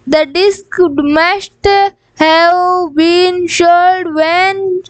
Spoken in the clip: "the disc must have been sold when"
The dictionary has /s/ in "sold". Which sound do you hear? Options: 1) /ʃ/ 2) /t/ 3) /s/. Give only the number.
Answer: 1